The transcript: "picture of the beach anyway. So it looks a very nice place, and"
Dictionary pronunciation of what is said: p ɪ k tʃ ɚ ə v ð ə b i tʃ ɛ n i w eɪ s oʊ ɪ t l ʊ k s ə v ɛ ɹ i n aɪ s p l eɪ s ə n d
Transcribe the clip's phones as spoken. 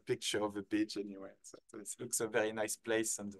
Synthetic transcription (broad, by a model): p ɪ k tʃ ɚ ə v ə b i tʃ ɛ n i w eɪ s oʊ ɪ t l ʊ k s ə v ɛ ɹ i n aɪ s p l eɪ s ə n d